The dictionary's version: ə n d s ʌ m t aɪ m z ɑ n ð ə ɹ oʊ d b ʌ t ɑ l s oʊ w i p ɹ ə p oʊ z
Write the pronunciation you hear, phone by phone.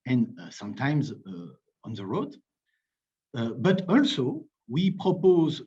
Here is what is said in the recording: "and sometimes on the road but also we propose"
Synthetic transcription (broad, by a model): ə n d s ʌ m t aɪ m z ɑ n ð ə ɹ oʊ d b ʌ t ɑ l s oʊ w i p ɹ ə p oʊ z